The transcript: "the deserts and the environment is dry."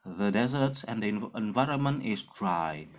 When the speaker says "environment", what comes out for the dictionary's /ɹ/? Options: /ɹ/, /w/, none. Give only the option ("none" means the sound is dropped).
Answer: /ɹ/